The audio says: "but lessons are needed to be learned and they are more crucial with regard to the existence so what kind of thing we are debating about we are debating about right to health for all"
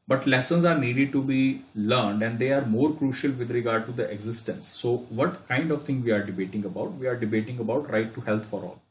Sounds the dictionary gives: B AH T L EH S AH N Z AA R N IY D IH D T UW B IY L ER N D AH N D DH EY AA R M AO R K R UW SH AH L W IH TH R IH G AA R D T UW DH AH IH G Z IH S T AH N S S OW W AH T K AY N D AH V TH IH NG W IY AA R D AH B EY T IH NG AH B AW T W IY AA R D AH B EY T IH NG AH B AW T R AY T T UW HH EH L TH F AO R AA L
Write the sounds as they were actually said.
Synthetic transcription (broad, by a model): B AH T L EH S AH N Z AA R N IY D IH D T UW B IY L ER N D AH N D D EY AA R M AO R K R UW SH AH L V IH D R IH G AA R D T UW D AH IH G Z IH S T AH N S S OW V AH T K AY N D AH V T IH NG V IY AA R D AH B EY T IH NG AH B AW T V IY AA R D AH B EY T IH NG AH B AW T R AY T T UW HH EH L T F AO R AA L